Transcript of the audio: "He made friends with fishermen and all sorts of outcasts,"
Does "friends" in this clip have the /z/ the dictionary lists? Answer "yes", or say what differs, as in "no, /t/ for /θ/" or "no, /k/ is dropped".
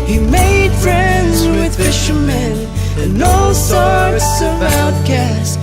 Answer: yes